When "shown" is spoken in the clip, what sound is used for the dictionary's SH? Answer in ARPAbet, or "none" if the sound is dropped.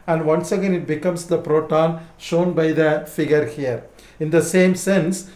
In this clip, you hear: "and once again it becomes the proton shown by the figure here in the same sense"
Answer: SH